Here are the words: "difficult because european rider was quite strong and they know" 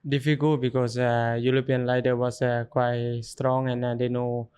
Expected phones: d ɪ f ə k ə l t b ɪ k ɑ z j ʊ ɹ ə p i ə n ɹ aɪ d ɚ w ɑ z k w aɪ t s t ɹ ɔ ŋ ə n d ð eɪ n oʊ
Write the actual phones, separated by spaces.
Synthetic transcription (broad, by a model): d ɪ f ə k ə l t b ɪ k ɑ s j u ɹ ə p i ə n l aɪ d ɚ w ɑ s k w aɪ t s t ɹ ɔ ŋ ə n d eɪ n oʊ